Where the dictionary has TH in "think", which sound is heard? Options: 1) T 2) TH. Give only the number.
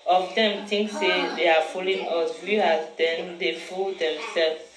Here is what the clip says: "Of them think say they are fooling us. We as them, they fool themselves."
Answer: 1